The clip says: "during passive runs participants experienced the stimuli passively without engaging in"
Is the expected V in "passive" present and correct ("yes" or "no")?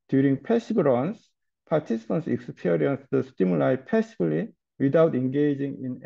no